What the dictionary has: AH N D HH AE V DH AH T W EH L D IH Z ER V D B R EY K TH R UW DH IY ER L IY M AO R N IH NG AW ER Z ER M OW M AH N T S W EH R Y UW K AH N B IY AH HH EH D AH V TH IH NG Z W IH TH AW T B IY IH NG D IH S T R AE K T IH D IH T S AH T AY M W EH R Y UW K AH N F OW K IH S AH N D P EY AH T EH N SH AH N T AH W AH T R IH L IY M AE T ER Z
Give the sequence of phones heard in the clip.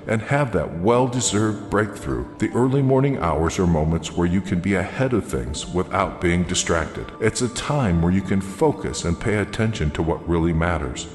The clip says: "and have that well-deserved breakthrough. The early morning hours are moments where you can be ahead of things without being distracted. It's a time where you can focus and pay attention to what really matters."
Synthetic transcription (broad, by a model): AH N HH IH V DH AH T W EH L D IH Z ER V D B R EY K TH R UW DH IY ER L IY M AO R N IH NG AW ER Z ER M OW M AH N T S W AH R Y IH K AH N B IY AH HH EH D AH V TH IH NG Z W IH TH AW T B IY IH NG D IH S T R AE K T IH D IH T S AH T AY M W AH R Y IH K AH N F OW K IH S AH N P EY AH T EH N SH AH N T AH W AH T R IH L IY M AE T ER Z